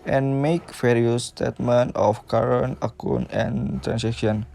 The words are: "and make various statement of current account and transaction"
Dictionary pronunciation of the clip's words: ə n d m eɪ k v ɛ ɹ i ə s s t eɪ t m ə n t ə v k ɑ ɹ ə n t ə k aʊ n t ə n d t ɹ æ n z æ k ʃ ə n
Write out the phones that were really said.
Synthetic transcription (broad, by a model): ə n m eɪ k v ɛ ɹ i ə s s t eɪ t m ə n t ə f k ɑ ɹ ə n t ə k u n ə n t ɹ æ n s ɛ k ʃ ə n